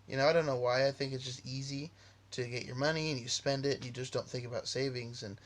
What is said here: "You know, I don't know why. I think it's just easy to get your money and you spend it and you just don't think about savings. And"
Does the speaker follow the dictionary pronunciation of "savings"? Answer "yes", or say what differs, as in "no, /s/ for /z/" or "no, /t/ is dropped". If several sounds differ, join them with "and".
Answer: yes